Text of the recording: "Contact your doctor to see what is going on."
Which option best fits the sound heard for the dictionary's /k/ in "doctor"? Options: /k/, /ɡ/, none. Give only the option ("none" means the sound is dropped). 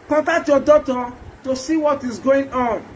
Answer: none